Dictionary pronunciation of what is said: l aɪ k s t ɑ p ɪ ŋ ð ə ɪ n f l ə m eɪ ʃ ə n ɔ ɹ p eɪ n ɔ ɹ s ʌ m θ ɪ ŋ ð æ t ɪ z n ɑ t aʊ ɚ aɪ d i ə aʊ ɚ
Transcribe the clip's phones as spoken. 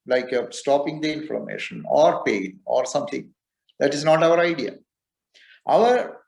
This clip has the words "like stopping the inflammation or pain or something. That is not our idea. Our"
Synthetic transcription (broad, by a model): l aɪ k s t ɑ p ɪ ŋ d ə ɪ n f ə m eɪ ʃ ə n ɔ ɹ p eɪ n ɔ ɹ s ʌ m t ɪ ŋ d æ t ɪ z n ɑ t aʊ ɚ aɪ d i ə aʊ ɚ